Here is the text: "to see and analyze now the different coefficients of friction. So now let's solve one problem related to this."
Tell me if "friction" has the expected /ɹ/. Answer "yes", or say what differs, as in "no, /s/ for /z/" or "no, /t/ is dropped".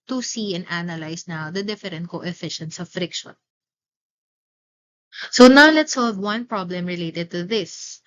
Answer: yes